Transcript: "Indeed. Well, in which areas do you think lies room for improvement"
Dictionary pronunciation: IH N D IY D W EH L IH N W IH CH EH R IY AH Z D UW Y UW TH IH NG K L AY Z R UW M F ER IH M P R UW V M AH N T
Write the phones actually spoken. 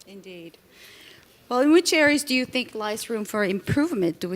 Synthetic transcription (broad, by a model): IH N D IY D W EH L IH N W IH CH EH R IY AH Z D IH Y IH TH IH NG K L AY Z R UW M F ER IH M P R UW V M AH N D